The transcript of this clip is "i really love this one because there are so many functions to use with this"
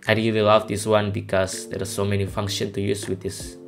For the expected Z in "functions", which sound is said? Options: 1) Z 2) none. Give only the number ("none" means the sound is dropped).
2